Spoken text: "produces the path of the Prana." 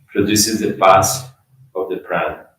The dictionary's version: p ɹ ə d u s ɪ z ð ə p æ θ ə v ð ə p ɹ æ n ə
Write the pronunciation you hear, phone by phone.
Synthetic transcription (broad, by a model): p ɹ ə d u s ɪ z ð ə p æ s ə v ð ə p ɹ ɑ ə